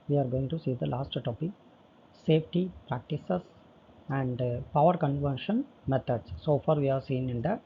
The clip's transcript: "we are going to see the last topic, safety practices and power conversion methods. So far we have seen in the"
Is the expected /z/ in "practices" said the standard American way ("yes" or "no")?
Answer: no